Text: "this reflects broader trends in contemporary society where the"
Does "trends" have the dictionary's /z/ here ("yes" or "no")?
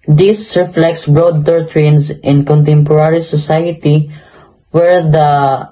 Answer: no